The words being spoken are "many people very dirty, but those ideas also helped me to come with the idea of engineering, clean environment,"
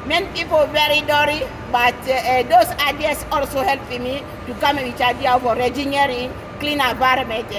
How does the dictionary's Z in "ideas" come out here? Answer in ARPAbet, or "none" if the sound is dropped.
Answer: S